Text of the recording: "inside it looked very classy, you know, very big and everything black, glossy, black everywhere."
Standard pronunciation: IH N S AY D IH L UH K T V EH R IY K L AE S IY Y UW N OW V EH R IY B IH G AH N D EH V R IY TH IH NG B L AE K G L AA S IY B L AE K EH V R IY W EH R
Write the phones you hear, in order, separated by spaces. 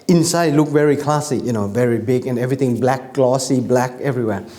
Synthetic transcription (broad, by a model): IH N S AY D L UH K V EH R IY K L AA S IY Y UW N OW V EH R IY B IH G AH N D EH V R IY T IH NG B L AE K L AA S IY B L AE K EH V R IY W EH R